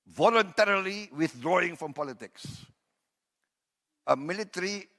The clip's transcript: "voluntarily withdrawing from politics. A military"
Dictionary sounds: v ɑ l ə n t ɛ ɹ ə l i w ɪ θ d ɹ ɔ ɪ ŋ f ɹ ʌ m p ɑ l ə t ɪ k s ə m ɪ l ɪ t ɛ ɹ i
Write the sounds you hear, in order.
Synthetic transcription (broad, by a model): v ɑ l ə n t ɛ ɹ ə l i w ɪ θ d ɹ ɔ ɪ ŋ f ɹ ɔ m p ɑ l ə t ɪ k s ə m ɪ l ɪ t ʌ ɹ i